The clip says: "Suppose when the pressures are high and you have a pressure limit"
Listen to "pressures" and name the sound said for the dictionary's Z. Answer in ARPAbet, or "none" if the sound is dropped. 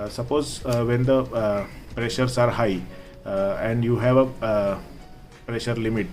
S